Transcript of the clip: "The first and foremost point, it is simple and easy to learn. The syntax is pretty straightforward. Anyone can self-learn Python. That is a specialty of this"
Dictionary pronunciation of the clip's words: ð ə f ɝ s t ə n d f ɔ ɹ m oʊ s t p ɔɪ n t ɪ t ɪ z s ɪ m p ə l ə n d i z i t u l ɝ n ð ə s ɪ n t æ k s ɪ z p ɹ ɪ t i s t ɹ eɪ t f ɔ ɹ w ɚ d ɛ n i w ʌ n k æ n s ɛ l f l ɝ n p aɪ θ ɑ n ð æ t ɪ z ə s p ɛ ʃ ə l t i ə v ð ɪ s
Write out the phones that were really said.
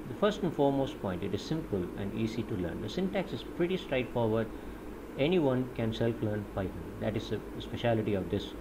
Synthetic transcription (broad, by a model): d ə f ɝ s t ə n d f ɔ ɹ m oʊ s t p ɔɪ n t ɪ t ɪ z s ɪ m p ə l ə n d i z i t u l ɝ n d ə s ɪ n t æ k s ɪ z p ɹ ɪ t i s t ɹ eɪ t f ɔ ɹ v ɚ d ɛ n i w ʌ n k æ n s ɛ l f l ɝ n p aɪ t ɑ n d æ t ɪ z ə s p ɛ ʃ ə l t i ə v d ɪ s